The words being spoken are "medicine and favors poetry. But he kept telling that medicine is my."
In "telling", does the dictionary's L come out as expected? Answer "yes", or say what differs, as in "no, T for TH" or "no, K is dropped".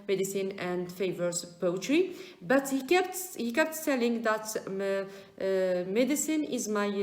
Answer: yes